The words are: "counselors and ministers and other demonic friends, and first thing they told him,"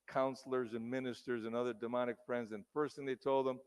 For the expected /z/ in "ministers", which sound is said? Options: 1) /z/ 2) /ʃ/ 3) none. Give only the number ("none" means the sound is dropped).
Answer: 1